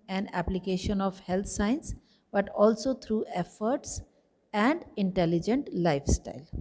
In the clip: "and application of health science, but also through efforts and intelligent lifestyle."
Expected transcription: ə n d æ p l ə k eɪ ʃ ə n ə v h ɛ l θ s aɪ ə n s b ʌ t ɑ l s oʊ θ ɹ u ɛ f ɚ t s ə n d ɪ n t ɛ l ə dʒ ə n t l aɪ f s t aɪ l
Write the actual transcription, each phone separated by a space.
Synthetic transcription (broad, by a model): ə n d æ p l ə k eɪ ʃ ə n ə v h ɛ l t s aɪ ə n s b ʌ t ɑ l s oʊ t ɹ u ɛ f ɚ t s ə n d ɪ n t ɛ l ə dʒ ə n t l aɪ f s t aɪ l